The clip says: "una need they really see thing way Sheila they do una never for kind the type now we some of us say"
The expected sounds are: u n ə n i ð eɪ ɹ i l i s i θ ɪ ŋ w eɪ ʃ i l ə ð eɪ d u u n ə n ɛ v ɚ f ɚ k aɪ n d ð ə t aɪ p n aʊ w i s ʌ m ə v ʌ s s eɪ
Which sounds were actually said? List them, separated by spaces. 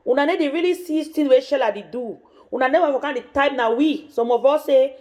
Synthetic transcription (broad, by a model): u n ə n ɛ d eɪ ɹ i l i s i t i w eɪ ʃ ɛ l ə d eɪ d u u n ə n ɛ w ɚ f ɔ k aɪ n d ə t aɪ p n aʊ w i s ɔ m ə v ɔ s s eɪ